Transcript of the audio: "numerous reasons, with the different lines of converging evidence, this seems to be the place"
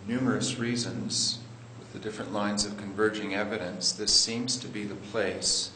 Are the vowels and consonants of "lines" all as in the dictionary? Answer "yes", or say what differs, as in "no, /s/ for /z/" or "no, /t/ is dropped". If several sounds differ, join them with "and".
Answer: yes